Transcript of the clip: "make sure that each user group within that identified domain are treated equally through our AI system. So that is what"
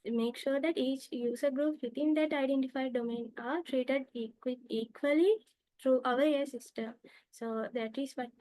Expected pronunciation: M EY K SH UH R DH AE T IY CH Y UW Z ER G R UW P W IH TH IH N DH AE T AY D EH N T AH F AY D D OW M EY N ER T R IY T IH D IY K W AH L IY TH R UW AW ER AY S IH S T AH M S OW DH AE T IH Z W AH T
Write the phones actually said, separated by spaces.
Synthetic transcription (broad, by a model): M EY K SH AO R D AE T IY CH Y UW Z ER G R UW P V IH T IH N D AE T AY D EH N T AH F AY D D OW M EY N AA T R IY T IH D IY K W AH L IY T R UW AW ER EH S IH S T AH M S OW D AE T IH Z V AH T